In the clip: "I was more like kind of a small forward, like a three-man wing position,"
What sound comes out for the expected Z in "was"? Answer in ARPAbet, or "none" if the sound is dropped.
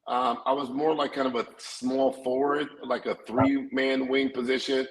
Z